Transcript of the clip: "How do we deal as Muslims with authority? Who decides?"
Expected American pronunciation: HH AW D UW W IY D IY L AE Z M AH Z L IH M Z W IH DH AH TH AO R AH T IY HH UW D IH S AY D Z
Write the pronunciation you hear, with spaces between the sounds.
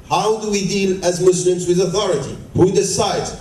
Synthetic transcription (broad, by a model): HH AW D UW W IY D IY L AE Z M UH S L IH M Z W IH DH AH TH AO R AH T IY HH UW D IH S AY D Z